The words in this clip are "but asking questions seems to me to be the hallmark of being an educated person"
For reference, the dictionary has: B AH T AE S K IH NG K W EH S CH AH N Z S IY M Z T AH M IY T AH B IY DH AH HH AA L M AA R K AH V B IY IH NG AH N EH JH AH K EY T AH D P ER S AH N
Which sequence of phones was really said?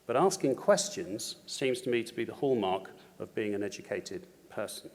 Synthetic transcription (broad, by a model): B AH T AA S K IH NG K W EH S CH AH N Z S IY M Z T AH M IY T AH B IY DH AH HH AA L M AA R K AH V B IY IH NG AH N EH JH AH K EY T AH D P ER S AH N